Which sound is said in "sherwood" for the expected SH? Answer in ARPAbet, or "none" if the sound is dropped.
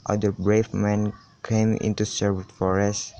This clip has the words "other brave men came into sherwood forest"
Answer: S